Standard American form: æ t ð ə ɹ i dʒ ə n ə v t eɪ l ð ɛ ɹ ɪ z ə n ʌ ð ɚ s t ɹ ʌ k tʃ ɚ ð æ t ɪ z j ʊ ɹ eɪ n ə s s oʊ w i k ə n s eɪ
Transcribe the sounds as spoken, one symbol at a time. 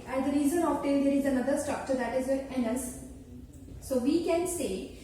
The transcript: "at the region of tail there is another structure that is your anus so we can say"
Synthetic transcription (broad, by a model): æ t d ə ɹ i z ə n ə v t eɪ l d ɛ ɹ ɪ z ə n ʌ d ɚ s t ɹ ʌ k tʃ ɚ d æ t ɪ z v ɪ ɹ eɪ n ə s s oʊ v i k ə n s eɪ